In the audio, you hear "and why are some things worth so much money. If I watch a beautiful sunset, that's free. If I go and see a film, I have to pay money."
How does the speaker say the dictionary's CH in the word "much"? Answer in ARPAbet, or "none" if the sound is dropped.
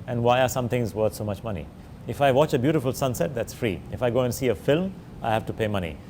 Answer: CH